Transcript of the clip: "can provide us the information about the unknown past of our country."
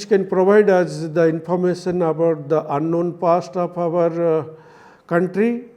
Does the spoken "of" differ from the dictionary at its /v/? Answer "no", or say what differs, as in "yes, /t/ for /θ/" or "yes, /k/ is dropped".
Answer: yes, /p/ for /v/